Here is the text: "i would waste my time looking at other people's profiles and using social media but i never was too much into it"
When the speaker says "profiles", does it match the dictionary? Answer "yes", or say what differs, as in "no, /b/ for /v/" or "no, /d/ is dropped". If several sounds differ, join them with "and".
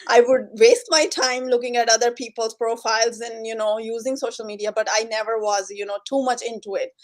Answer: yes